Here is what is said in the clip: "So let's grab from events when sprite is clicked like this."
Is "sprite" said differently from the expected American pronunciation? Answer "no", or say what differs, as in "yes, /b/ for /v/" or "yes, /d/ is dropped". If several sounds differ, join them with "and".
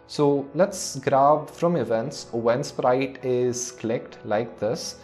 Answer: no